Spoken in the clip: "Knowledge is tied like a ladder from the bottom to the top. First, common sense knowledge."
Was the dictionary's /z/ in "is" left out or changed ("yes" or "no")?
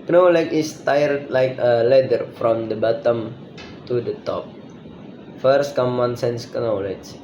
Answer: yes